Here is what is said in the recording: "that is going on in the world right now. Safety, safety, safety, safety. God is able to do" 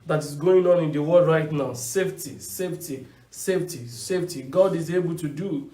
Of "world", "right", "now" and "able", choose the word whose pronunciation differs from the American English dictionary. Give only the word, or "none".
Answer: world